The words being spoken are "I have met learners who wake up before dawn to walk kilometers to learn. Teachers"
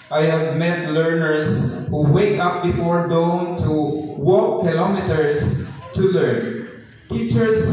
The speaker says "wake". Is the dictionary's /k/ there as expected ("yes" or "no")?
yes